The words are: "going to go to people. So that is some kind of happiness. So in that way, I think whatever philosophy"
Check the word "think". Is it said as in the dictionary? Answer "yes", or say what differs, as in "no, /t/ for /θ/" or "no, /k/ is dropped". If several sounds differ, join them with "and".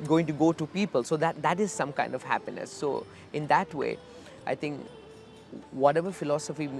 no, /t/ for /θ/